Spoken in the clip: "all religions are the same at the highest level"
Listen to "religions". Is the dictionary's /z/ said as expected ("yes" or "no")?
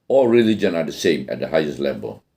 no